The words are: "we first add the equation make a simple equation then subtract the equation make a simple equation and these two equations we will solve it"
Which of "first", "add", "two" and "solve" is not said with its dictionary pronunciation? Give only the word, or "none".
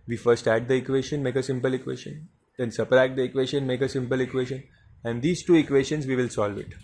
none